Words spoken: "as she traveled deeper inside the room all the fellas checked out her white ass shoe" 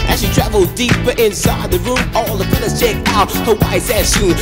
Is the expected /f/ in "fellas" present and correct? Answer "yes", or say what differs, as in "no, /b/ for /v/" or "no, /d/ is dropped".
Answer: no, /p/ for /f/